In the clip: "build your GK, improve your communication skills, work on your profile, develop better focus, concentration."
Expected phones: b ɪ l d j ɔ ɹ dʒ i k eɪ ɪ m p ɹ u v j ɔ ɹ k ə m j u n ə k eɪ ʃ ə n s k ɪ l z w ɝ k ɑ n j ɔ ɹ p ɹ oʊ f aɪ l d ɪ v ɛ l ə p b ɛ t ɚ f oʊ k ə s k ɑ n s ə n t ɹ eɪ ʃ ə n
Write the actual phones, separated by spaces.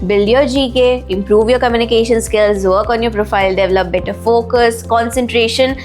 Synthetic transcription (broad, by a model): b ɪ l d j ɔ dʒ i k eɪ ɪ m p ɹ u v j ɔ ɹ k ə m j u n ə k eɪ ʃ ə n s k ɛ l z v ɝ k ɑ n j ɔ ɹ p ɹ oʊ f aɪ l d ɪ v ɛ l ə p b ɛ t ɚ f oʊ k ə s k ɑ n s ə n t ɹ eɪ ʃ ə n